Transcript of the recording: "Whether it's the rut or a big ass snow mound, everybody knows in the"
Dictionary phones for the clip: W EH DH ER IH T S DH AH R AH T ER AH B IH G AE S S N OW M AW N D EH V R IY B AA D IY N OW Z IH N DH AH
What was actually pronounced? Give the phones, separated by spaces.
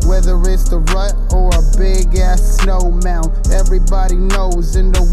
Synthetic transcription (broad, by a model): W EH DH ER IH T S DH AH R AH T ER AH B IH G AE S S N OW M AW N EH V R IY B AA D IY N OW Z IH N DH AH